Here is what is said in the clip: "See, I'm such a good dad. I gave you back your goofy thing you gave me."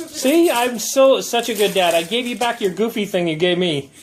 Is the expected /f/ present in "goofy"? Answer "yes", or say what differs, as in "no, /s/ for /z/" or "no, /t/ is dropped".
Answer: yes